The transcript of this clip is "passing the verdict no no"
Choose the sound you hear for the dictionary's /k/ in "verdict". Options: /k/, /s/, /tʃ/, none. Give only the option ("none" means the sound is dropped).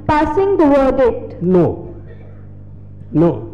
none